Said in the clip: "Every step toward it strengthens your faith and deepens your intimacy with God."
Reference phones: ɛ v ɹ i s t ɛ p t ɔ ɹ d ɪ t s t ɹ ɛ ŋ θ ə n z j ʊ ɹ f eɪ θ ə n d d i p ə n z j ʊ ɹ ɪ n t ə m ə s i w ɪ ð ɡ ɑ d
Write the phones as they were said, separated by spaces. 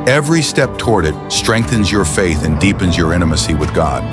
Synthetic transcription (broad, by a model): ɛ v ɹ i s t ɛ p t ɔ ɹ d ɪ t s t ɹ ɛ ŋ θ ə n z j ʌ ɹ f eɪ θ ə n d d i p ə n z j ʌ ɹ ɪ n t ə m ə s i w ɪ ð ɡ ɑ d